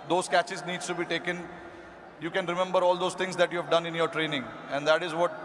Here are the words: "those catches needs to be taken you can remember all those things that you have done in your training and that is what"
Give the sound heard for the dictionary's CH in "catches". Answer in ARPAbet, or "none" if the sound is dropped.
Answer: CH